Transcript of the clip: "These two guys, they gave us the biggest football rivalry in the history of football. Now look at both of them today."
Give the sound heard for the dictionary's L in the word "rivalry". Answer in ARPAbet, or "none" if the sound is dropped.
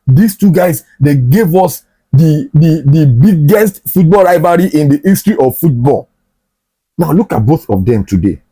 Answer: none